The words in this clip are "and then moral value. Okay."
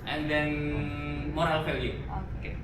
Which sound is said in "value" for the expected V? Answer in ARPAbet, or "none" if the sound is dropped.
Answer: F